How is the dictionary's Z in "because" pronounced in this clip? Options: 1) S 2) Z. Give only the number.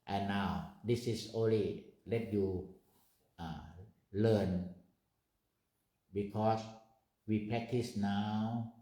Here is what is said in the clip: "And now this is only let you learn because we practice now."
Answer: 1